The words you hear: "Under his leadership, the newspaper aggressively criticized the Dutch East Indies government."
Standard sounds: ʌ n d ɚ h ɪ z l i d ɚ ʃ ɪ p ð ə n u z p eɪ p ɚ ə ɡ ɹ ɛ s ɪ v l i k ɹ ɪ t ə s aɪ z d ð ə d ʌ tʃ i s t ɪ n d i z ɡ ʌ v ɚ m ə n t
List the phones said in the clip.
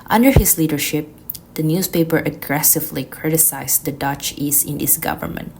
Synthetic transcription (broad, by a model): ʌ n d ɚ h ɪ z l i d ɚ ʃ ɪ p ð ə n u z p eɪ p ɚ ə ɡ ɹ ɛ s ɪ v l i k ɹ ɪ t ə s aɪ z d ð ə d ʌ tʃ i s ɪ n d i s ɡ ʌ v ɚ m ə n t